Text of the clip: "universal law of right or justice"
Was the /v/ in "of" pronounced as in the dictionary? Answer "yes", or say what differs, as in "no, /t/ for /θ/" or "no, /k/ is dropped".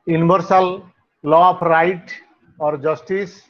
no, /p/ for /v/